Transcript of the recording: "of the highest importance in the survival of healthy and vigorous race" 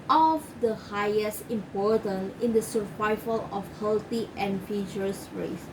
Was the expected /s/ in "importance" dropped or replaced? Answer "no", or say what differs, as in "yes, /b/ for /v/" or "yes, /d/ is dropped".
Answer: yes, /s/ is dropped